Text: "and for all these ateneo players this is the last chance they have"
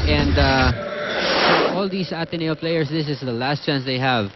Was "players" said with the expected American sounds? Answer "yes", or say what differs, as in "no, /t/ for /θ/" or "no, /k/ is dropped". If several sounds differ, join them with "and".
no, /s/ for /z/